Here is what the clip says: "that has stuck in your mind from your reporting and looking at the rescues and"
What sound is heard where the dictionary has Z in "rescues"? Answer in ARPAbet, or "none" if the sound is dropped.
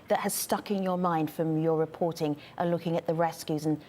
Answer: Z